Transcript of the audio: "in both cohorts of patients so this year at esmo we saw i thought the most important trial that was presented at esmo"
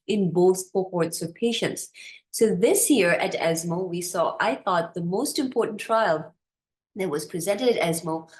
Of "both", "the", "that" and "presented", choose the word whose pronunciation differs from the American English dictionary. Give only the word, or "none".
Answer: none